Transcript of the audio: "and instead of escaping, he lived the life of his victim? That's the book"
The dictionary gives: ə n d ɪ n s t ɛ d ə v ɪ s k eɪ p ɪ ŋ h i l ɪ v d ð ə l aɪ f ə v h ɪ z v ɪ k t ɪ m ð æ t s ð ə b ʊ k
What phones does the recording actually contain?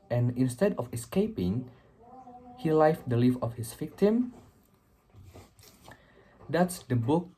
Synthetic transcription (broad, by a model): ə n ɪ n s t ɛ d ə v ɪ s k eɪ p ɪ ŋ h i l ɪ f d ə l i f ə f h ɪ s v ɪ k t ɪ m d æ t s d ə b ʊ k